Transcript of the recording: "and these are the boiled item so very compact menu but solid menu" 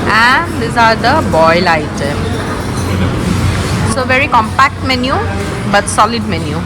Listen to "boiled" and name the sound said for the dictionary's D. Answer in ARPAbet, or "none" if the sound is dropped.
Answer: none